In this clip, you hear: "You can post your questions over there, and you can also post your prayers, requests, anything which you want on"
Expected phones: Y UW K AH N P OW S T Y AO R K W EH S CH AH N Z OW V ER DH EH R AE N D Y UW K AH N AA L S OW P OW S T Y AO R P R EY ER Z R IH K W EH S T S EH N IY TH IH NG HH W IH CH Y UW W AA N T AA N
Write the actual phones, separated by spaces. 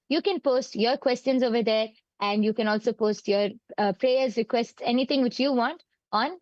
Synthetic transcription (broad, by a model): Y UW K AH N P OW S T Y AO R K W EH S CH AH N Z OW V ER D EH R AE N D Y UW K AH N AA L S OW P OW S T Y AO R P R EY ER Z R IH K W EH S T S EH N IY T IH NG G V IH CH Y UW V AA N T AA N